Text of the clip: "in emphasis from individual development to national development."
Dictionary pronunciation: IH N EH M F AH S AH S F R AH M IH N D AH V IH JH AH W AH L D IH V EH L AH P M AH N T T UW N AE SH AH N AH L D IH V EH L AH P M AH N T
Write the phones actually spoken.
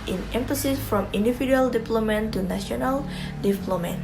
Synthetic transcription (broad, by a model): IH N EH M F AH S AH S F R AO M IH N D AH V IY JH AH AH L D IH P L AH M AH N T T UW N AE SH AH N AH L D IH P L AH M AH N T